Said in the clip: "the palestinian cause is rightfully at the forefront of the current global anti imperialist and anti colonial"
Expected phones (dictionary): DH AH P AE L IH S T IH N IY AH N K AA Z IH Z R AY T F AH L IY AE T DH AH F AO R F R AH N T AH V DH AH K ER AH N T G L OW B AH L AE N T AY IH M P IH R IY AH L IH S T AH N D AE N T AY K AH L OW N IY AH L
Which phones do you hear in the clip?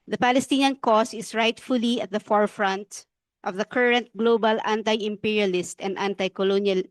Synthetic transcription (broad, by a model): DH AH P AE L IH S T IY N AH N K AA S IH S R AY T F AH L IY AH T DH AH F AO R F R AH N T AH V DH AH K ER AH N T G L OW B AH L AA N T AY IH M P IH R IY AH L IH S T AH N D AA N T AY K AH L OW N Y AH L